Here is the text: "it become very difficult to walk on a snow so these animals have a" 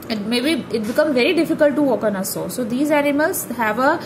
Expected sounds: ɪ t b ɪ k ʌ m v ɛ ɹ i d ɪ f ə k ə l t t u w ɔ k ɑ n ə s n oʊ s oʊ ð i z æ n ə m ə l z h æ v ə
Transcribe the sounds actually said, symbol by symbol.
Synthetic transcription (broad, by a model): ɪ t b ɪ k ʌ m v ɛ ɹ i d ɪ f ə k ə l t t u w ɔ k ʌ n ə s oʊ s oʊ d i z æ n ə m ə l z h æ v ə